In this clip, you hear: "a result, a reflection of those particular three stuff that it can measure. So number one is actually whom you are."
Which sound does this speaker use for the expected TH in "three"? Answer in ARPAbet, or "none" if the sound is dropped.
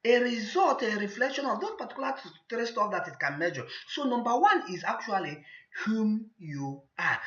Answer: T